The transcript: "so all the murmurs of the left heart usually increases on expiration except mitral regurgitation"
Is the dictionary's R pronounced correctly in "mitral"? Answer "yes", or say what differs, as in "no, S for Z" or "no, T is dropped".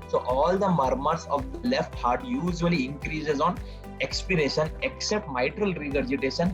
yes